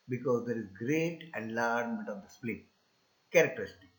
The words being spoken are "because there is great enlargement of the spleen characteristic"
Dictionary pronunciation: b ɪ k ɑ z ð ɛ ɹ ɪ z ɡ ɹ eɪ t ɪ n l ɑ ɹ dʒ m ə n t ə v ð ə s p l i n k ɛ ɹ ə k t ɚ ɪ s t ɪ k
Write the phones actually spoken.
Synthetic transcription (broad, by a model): b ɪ k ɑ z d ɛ ɹ ɪ z ɡ ɹ eɪ t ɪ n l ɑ ɹ m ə n t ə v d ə s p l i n k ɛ ɹ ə k t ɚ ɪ s t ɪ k